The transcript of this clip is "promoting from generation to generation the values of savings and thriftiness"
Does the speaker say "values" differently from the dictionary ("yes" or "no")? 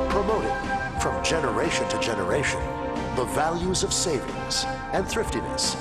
no